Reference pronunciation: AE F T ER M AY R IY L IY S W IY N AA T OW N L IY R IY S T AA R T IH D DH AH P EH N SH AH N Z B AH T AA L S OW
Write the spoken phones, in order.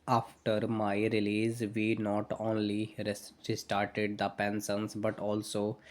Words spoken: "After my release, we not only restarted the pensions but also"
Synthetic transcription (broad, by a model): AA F T ER M AY R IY L IY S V IY N AA T OW N L IY R IY S T AA R T IH D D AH P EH N S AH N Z B AH T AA L S OW